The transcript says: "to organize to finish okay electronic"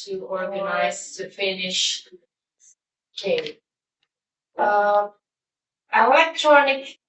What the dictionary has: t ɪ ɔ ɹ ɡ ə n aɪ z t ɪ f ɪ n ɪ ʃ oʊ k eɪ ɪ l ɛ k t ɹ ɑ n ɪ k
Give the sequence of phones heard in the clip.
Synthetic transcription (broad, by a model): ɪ ɔ ɹ ɡ ə n aɪ z t ɪ f ɪ n ɪ ʃ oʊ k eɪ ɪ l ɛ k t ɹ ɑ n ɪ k